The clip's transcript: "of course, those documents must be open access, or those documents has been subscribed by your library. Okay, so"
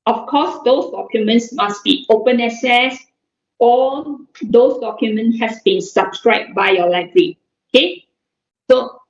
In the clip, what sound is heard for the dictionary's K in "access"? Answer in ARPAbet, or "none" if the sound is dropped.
none